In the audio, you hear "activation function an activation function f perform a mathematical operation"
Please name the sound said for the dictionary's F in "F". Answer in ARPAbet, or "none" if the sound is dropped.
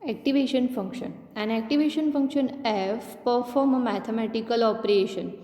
F